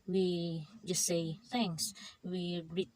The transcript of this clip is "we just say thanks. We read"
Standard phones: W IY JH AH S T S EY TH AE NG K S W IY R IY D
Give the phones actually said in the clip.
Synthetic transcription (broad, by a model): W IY JH AH S T S EY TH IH NG S W IY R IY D